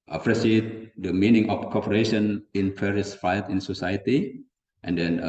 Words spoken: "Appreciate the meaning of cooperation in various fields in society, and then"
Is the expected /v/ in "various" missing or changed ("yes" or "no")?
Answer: yes